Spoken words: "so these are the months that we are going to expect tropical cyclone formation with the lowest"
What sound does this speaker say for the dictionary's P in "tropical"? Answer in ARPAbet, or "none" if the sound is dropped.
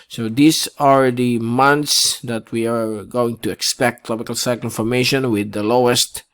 B